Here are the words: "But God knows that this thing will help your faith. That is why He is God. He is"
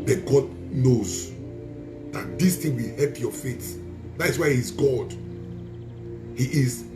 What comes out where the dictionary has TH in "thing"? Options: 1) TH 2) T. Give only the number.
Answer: 2